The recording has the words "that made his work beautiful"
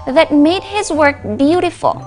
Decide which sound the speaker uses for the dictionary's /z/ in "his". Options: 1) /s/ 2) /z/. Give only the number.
2